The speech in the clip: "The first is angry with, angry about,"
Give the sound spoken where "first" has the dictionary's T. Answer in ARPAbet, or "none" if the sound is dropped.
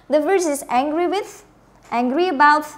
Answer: none